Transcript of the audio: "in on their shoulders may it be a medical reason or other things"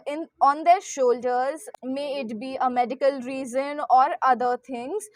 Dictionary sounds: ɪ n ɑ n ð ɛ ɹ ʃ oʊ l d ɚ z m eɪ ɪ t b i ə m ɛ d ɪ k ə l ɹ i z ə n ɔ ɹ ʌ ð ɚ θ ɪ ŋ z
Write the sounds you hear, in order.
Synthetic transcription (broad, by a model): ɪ n ɑ n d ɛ ɹ ʃ oʊ l d ɚ z m eɪ ɪ t b i ə m ɛ d ɪ k ə l ɹ i z ə n ɔ ɹ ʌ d ɚ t ɪ ŋ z